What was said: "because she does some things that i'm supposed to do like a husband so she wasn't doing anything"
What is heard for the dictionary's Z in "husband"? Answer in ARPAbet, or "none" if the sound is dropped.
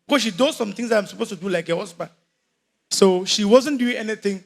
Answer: S